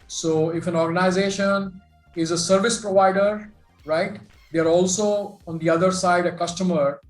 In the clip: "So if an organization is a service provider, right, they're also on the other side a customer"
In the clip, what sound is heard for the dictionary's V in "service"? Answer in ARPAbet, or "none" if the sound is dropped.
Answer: V